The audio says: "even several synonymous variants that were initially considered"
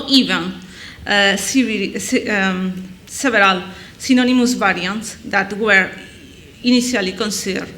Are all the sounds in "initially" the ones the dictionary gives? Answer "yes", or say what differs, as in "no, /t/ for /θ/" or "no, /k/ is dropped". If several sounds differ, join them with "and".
no, /s/ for /ʃ/